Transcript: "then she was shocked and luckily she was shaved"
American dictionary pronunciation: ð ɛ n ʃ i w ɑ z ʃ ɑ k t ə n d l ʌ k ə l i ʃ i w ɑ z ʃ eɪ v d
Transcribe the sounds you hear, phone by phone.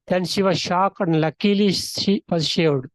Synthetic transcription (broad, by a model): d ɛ n ʃ i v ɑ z ʃ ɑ k ə n d l ʌ k ə l i ʃ i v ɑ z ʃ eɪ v d